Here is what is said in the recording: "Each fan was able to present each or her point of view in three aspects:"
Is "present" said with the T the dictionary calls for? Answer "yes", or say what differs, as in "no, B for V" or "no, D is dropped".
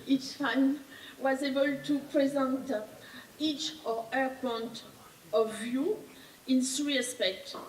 yes